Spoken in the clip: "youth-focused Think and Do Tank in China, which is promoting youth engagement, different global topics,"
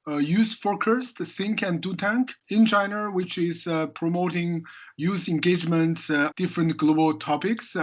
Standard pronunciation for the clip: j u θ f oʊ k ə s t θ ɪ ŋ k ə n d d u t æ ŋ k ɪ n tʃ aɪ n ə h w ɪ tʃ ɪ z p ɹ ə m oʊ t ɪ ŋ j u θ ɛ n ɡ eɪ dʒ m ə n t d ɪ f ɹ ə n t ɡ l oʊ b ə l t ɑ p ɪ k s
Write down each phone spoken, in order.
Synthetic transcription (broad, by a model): j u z f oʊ k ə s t s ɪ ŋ k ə n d d u t æ ŋ k ɪ n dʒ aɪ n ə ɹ w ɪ tʃ ɪ z p ɹ ə m oʊ t ɪ ŋ j u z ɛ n ɡ eɪ dʒ m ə n t d ɪ f ɹ ə n t ɡ l oʊ b ə l t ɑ p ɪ k s